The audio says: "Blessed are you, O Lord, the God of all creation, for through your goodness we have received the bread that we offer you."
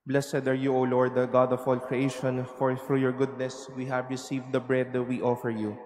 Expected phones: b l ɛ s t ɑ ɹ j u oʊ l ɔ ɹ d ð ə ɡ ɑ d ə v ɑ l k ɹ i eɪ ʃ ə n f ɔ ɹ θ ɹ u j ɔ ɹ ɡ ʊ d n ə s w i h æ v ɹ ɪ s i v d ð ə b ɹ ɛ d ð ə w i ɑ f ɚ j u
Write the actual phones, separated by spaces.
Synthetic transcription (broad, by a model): b l ɛ s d ɑ ɹ j u oʊ l ɔ ɹ d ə ɡ ɑ d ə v ɑ l k ɹ i eɪ ʃ ə n f ɔ ɹ f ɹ j ɔ ɹ ɡ ʊ d n ə s w i h æ v ɹ ɪ s i v d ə b ɹ ɛ d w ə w ɑ f ɚ j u